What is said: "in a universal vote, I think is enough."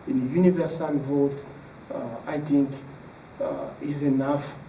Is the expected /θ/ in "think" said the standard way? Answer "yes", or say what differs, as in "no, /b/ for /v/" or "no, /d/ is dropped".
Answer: no, /t/ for /θ/